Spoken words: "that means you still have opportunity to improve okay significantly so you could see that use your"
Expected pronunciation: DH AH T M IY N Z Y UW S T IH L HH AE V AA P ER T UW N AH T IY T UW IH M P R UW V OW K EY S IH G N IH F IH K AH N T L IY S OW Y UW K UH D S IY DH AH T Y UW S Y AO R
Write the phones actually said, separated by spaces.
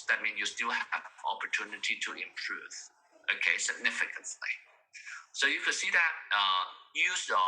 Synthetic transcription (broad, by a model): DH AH T M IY N Y UW S T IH L HH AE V AA P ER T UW N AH T IY T UW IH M P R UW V OW K EY S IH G N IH F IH K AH N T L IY S OW Y UW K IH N S IY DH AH T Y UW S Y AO